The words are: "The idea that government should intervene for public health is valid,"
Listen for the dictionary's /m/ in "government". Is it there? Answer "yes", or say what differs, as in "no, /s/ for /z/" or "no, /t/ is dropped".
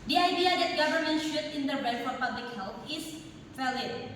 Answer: yes